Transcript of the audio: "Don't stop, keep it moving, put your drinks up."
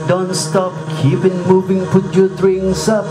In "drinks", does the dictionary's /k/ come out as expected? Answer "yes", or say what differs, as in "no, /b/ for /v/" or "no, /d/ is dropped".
no, /k/ is dropped